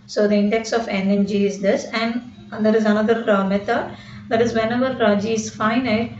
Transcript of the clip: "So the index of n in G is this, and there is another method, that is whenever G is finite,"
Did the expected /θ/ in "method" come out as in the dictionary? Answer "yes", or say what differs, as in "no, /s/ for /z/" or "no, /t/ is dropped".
no, /t/ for /θ/